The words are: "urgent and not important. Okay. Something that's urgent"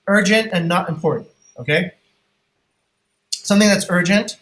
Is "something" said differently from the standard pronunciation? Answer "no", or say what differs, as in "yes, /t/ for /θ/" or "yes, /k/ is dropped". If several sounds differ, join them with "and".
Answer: no